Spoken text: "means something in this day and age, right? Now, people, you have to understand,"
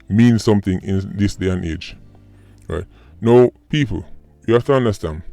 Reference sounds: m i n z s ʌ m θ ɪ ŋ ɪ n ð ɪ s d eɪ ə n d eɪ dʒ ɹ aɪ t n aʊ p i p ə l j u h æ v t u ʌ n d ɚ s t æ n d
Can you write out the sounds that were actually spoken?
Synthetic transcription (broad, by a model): m i n s ʌ m θ ɪ ŋ ɪ n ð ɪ s d eɪ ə n eɪ dʒ ɹ aɪ t n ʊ p i p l j u h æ f t u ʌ n d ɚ s t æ n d